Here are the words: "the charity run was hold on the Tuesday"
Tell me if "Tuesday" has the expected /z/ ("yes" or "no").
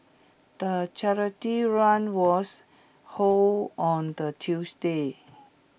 no